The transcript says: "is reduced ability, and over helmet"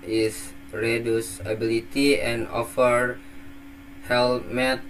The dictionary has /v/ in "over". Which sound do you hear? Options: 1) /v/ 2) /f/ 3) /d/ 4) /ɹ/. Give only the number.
2